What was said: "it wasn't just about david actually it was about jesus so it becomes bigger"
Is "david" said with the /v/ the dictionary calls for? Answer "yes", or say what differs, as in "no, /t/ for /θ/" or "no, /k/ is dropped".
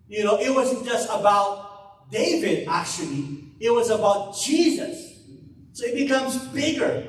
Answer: yes